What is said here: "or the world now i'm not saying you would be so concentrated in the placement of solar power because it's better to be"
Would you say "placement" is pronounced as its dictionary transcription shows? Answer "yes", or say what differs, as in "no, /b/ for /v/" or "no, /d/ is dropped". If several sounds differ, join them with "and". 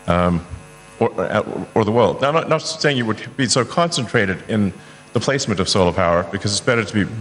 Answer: yes